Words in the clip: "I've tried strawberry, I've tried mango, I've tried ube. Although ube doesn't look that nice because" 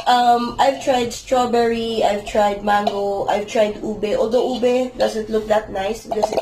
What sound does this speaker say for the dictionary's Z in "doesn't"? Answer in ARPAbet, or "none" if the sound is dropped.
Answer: S